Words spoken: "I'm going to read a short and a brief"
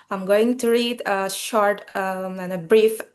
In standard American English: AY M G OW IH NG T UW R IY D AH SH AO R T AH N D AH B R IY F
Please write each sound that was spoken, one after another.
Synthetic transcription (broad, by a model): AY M G OW IH NG T UW R IY D AH SH AO R T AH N AH B R IY F